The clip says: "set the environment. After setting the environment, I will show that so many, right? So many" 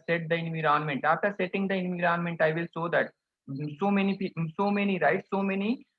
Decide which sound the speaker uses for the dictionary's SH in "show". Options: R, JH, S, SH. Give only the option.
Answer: S